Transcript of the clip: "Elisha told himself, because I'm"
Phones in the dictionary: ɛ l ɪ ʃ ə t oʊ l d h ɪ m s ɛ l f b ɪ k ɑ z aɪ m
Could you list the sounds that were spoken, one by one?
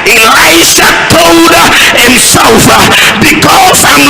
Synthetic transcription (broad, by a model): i l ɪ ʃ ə t oʊ l d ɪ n s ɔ f b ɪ k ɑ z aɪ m